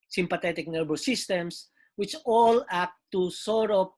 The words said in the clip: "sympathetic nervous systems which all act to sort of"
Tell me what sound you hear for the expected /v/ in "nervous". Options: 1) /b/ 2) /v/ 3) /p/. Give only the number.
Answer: 1